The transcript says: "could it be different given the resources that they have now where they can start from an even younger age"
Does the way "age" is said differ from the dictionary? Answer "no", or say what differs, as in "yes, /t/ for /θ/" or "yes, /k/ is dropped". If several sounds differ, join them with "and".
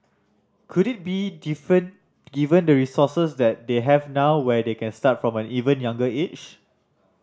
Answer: yes, /tʃ/ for /dʒ/